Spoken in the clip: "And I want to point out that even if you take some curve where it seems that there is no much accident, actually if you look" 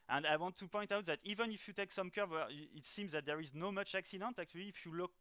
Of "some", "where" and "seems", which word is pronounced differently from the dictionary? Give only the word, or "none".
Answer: where